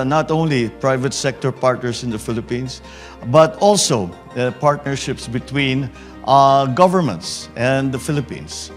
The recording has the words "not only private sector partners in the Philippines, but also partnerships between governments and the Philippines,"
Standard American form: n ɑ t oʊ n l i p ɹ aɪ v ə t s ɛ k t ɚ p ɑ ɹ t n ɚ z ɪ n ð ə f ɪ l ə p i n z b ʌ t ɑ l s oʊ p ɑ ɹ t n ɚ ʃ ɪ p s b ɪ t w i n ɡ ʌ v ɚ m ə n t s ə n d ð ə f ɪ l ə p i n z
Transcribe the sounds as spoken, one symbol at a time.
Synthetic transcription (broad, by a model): n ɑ t oʊ n l i p ɹ aɪ v ə t s ɛ k t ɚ p ɑ ɹ t n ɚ s ɪ n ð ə f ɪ l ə p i n s b ʌ t ɑ l s oʊ p ɑ ɹ t n ɚ ʃ ɪ p s b ɪ t w i n ɡ ʌ v ɚ m ə n t s ə n d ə f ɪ l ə p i n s